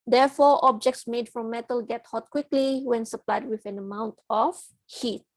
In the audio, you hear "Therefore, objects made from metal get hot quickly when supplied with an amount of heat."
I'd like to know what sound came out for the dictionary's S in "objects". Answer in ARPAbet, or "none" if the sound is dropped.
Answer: S